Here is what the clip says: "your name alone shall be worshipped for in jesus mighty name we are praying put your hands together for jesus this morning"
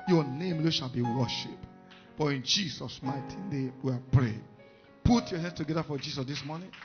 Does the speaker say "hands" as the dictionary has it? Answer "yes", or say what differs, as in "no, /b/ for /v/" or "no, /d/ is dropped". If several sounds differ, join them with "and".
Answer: no, /s/ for /z/